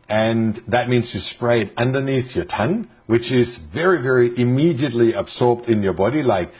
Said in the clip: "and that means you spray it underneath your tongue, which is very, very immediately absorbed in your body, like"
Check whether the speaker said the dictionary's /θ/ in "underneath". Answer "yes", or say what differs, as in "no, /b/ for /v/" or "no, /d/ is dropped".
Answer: yes